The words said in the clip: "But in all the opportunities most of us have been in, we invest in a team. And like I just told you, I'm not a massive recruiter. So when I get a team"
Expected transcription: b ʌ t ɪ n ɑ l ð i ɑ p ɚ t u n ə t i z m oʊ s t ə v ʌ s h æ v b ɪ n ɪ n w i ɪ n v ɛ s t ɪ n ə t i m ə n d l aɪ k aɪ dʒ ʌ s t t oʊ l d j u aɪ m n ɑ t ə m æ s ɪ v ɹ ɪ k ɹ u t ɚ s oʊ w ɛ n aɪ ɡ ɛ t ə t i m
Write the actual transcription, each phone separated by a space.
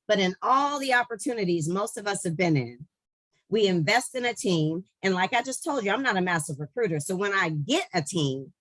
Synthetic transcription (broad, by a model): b ʌ t ɪ n ɑ l ð i ɑ p ɚ t u n ə t i z m oʊ s t ə v ʌ s h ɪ v b ɪ n ɪ n w i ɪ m v ɛ s t ɪ n ə t i m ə n l aɪ k aɪ dʒ ʌ s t t oʊ l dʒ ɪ aɪ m n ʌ t ə m æ s ɪ v ɹ ɪ k ɹ u t ɚ s oʊ w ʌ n aɪ ɡ ɛ t ə t i m